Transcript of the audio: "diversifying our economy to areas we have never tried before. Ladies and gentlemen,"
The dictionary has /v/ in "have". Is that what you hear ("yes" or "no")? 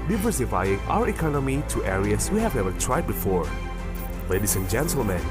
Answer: yes